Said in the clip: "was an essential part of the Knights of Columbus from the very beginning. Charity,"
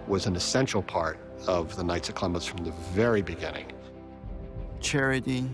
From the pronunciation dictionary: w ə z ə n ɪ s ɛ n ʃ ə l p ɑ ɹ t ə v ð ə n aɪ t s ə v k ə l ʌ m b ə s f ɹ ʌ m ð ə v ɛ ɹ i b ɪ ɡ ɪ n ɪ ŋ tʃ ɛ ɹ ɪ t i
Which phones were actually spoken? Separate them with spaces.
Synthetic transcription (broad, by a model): w ə z n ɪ s ɛ n ʃ l p ɑ ɹ t ə v ð ə n aɪ t s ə k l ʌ m ə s f ɹ ʌ m ð ə v ɛ ɹ i b ɪ ɡ ɪ n ɪ ŋ tʃ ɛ ɹ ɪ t i